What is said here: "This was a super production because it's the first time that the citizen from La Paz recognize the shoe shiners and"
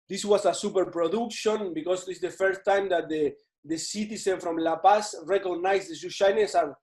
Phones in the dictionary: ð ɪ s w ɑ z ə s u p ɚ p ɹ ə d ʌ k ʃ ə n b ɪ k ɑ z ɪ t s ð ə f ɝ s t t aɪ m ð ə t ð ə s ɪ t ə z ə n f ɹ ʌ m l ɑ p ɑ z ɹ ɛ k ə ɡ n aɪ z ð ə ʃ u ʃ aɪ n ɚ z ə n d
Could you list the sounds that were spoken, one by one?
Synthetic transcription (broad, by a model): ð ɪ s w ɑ s ə s u p ɚ p ɹ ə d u k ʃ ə n b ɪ k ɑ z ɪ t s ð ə f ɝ s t t aɪ m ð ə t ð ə s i t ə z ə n f ɹ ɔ m l ɑ p ɑ s ɹ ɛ k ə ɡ n aɪ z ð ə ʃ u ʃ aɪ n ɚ s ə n